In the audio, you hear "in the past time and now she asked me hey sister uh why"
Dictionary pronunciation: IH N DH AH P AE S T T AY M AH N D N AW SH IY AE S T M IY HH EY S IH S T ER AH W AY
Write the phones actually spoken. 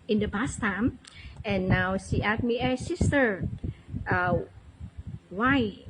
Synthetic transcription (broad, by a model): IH N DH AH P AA S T T AY M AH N N AW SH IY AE T M IY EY S IH S T ER AH W AY